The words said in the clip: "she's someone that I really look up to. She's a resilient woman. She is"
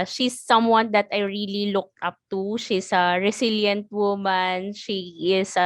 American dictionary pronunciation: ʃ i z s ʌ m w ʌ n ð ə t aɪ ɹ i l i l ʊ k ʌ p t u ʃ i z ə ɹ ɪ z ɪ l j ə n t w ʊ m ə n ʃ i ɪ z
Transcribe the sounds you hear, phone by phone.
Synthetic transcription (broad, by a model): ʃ i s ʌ m w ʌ n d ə t aɪ ɹ i l i l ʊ k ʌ p t u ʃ i s ə ɹ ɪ s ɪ l j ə n t w ʊ m ə n ʃ i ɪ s